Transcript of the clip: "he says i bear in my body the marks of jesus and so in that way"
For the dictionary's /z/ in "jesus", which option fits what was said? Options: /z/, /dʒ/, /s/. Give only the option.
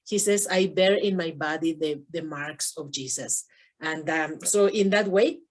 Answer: /s/